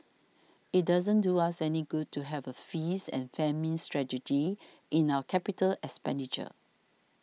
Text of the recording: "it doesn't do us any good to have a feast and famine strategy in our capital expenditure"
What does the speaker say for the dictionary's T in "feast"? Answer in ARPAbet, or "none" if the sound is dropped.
none